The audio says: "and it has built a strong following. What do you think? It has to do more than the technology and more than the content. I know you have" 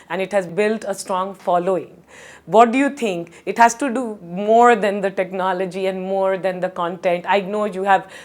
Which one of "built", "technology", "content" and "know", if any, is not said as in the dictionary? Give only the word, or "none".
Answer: none